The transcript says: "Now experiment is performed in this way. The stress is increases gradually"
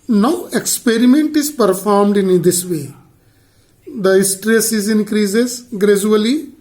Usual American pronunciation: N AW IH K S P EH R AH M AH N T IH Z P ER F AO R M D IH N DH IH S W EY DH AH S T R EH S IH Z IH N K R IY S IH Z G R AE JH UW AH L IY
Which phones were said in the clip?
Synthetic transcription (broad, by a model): N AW IH K S P EH R AH M AH N T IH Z P ER F AO R M D IH N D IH S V EY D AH S T R EH S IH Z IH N K R IY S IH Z G R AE JH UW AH L IY